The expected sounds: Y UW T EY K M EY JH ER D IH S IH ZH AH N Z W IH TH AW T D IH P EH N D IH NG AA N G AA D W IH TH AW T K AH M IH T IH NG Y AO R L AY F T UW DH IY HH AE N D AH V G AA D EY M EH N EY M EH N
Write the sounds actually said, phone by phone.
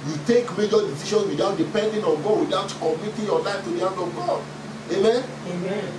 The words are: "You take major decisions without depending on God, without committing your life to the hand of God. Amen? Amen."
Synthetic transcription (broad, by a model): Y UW T EY K M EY JH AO D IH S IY SH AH N S W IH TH AW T D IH P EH N D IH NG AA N G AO W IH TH AW T K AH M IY T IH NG Y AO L AY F T UW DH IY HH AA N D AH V G AA D EY M EH N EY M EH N